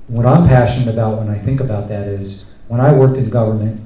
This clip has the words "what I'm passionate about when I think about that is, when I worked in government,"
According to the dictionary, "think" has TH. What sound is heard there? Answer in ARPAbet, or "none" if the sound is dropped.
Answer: TH